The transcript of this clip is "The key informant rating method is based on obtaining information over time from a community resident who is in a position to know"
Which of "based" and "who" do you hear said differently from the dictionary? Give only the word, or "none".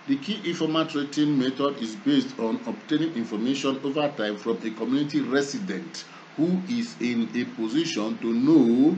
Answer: none